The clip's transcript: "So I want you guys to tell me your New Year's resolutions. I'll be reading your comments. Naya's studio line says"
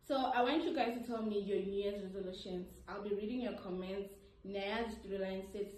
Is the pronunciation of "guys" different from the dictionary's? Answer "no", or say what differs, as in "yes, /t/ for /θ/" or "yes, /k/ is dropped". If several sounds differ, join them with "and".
yes, /z/ is dropped